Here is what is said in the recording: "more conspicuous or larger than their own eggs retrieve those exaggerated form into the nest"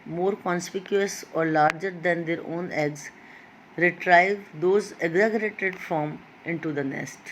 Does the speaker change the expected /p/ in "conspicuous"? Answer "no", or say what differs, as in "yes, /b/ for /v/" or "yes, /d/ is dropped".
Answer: no